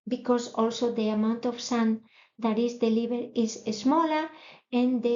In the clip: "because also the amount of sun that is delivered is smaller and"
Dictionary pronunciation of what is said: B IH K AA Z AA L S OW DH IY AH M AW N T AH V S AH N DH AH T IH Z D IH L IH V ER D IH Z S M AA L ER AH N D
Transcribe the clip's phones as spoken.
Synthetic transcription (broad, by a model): B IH K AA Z AA L S OW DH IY AH M AW N T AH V S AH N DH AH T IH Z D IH L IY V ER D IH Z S M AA L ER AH N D